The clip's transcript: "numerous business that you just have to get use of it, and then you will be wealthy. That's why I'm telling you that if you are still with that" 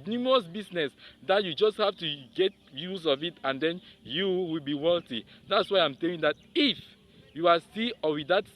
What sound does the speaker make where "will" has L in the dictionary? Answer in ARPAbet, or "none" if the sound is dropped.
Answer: L